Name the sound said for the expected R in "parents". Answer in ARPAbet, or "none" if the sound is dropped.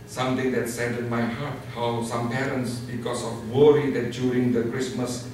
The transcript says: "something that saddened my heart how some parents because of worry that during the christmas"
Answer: R